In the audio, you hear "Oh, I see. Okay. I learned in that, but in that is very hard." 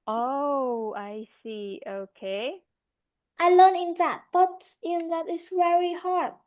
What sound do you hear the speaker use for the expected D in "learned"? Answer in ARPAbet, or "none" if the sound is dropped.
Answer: none